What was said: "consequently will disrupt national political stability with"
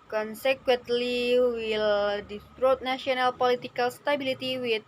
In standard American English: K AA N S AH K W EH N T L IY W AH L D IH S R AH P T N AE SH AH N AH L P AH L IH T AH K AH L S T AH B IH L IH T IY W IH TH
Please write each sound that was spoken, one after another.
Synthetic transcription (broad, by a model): K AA N S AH K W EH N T L IY W AH L D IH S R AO T N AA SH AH N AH L P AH L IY T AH K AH L S T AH B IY L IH T IY W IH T